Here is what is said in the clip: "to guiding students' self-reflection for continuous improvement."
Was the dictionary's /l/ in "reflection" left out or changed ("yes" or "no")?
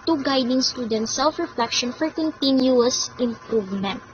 no